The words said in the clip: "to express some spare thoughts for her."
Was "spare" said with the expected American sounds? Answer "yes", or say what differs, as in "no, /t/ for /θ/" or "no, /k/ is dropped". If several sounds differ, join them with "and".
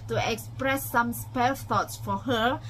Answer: no, /l/ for /ɹ/